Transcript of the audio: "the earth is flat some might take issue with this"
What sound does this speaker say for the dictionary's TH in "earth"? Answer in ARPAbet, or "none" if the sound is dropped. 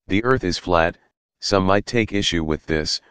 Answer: TH